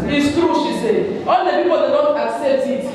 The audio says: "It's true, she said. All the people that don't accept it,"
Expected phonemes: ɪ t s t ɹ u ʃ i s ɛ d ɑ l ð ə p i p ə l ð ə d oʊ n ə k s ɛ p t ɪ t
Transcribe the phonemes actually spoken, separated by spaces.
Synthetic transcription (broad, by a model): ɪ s t ɹ u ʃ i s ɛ ɑ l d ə p i p ə l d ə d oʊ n ə k s ɛ p t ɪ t